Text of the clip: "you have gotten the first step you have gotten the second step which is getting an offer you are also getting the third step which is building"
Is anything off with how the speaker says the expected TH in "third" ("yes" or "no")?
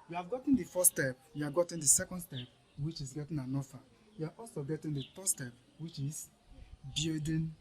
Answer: yes